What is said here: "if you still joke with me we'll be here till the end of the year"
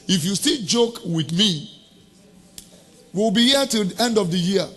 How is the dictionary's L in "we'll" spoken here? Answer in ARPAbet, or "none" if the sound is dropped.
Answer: W